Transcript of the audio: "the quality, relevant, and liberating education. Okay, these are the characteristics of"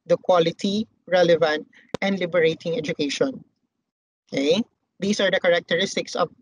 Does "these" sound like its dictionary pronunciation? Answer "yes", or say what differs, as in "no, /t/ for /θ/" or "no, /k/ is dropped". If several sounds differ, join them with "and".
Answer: no, /s/ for /z/